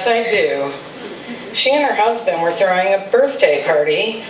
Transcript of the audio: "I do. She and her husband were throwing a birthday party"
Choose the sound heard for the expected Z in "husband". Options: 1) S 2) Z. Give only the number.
2